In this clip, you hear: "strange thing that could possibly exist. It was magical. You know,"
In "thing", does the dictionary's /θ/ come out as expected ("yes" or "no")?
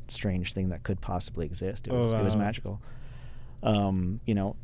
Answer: yes